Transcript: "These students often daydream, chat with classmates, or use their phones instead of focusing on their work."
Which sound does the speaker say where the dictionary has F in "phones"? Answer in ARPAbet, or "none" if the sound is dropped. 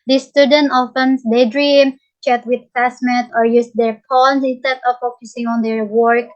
P